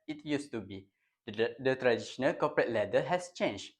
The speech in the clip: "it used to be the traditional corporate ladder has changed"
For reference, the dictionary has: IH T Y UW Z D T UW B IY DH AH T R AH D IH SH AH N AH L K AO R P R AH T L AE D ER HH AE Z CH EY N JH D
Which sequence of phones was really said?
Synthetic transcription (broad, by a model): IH T Y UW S T UW B IY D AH T R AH D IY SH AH N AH L K AO P R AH T L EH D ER HH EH S CH EY N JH